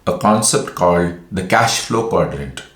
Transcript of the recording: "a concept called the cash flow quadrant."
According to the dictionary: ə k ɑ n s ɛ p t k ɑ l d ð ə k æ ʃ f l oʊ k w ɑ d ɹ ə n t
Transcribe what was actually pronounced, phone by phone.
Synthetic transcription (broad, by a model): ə k ɑ n s ɛ p t k ɑ l d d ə k æ ʃ f l oʊ k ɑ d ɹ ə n t